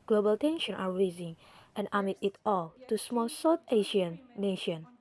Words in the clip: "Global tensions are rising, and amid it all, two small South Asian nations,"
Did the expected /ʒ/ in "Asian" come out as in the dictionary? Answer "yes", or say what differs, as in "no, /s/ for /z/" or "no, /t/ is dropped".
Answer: no, /ʃ/ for /ʒ/